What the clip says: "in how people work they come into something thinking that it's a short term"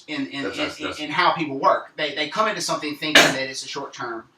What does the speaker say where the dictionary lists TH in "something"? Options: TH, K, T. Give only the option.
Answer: TH